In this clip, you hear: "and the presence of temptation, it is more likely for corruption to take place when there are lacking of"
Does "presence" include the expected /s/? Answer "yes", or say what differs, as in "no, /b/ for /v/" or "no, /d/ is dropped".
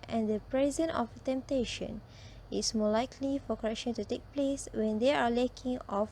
no, /s/ is dropped